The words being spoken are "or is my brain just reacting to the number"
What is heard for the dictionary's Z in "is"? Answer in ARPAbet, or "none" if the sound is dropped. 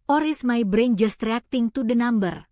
S